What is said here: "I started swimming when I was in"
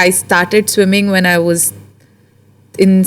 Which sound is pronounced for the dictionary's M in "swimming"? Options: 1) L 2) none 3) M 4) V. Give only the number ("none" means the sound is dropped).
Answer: 3